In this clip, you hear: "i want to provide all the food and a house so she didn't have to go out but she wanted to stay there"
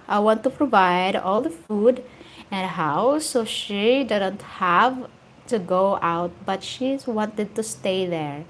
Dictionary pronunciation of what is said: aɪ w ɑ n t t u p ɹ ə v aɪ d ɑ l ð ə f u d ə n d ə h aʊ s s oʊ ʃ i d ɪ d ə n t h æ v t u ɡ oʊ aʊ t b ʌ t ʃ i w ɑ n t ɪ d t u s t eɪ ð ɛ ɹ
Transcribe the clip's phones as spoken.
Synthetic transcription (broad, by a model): aɪ w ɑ n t t u p ɹ ə v aɪ d ɑ l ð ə f u d ə n d ə h aʊ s s oʊ ʃ i d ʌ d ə n t h æ v t u ɡ oʊ aʊ t b ʌ t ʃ i w ɑ n t ɪ d t u s t eɪ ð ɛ ɹ